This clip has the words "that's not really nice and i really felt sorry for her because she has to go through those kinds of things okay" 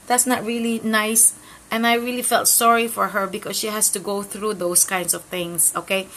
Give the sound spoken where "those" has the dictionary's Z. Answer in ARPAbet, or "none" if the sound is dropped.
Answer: S